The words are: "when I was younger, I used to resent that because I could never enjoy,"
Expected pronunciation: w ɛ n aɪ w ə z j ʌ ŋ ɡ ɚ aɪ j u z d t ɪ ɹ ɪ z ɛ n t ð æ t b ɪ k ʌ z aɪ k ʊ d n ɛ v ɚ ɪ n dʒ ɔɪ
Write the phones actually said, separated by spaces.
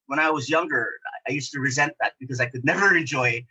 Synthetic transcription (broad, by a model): w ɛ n aɪ w ə z j ʌ ŋ ɡ ɚ aɪ j u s t ɪ ɹ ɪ z ɛ n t ð æ t b ɪ k ʌ z aɪ k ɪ d n ɛ v ɚ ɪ n dʒ ɔɪ